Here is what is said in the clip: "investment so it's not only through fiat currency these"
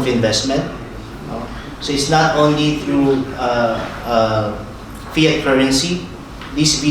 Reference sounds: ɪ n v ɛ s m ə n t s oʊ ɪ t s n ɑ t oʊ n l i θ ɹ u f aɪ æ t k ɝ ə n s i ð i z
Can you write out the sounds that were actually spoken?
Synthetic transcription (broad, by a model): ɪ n v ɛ s m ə n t s oʊ ɪ t s n ɑ t oʊ n l i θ ɹ u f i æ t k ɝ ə n s i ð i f